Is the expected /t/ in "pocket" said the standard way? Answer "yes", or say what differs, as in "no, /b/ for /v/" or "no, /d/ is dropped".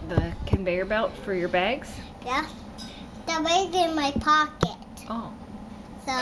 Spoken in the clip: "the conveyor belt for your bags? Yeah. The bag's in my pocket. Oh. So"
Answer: yes